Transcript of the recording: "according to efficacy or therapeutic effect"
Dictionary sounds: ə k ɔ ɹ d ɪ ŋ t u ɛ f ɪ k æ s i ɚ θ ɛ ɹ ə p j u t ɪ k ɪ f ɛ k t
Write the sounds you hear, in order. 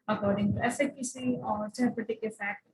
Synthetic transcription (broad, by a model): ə k ɔ ɹ d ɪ ŋ t u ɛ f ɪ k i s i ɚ s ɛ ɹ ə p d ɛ t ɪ k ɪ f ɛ k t